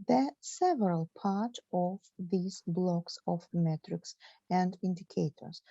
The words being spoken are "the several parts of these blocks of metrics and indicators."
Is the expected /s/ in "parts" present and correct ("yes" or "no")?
no